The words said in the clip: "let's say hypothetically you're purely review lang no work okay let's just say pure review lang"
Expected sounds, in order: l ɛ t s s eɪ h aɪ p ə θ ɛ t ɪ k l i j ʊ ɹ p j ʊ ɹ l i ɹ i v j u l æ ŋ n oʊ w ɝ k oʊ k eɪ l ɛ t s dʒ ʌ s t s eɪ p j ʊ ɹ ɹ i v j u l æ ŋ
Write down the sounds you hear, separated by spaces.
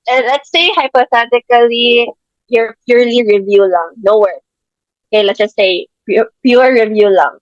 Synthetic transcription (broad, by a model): l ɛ t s s eɪ h aɪ p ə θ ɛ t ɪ k l i j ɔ ɹ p j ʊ ɹ l i ɹ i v j u l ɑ ŋ n oʊ w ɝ oʊ k eɪ l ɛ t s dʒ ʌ s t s eɪ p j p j ɹ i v j u l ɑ ŋ